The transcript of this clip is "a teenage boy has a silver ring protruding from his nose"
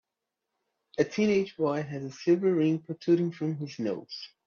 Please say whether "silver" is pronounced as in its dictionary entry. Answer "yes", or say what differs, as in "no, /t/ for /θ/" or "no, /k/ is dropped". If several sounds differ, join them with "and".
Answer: no, /l/ is dropped